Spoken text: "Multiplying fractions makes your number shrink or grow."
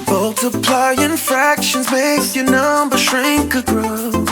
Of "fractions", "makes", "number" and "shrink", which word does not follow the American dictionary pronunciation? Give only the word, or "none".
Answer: none